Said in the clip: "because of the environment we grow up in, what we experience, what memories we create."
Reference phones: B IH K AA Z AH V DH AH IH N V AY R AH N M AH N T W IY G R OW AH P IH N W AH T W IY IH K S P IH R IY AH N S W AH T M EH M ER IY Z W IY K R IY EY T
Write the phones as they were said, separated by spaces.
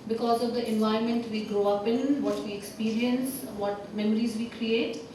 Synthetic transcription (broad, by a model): B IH K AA Z AH V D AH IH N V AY AH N M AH N T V IY G R OW AH P IH N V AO T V IY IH K S P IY R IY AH N S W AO T M EH M ER IY Z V IY K R IY EY T